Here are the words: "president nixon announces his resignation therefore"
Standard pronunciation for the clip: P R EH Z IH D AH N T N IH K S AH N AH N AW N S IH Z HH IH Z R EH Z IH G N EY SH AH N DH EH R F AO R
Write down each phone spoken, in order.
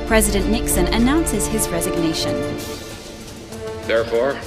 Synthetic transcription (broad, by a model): P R EH Z IH D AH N N IH K S AH N AH N AW N S IH Z IH Z R EH Z IH G N EY SH AH N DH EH R F AO R